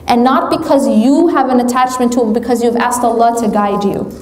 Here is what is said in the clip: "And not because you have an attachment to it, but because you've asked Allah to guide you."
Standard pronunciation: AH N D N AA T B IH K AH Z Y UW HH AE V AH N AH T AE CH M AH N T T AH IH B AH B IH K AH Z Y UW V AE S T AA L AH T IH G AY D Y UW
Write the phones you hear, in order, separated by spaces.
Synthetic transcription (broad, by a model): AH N N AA T B IH K AH Z Y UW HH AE V AH N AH T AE CH M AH N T T AH IH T B IH K AH Z Y UW V AE S T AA L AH T IH G AY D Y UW